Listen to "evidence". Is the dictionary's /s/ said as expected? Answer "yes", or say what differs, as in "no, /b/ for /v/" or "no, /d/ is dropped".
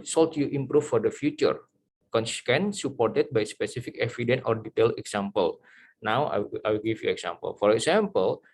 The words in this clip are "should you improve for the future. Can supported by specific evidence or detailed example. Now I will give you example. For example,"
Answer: no, /s/ is dropped